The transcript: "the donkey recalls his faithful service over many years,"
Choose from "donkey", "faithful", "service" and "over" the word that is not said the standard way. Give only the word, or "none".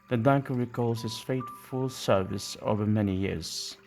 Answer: faithful